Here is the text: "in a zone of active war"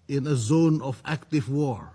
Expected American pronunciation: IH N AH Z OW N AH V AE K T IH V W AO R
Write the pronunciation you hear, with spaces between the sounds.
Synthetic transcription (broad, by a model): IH N AH Z OW N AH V AE K T IH V W AO R